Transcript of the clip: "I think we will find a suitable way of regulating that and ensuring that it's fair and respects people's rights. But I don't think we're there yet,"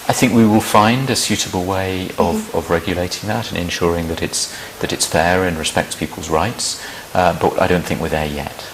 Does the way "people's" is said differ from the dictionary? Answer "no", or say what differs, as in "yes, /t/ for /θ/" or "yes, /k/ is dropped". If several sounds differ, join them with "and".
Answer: no